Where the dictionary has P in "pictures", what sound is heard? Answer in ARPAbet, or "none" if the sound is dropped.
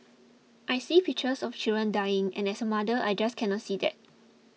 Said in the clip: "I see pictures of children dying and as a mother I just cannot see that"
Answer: F